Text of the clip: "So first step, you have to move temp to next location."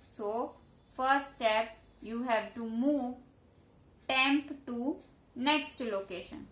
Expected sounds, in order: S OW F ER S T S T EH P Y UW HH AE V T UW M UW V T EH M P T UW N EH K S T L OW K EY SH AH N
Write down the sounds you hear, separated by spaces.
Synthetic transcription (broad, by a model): S OW F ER T S T EH P Y UW HH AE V T UW M UW V T EH M P T UW N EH K S T L OW K EY SH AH N